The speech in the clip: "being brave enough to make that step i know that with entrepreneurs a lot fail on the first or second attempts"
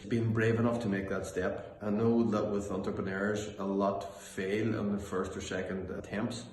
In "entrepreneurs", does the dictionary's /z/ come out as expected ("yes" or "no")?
yes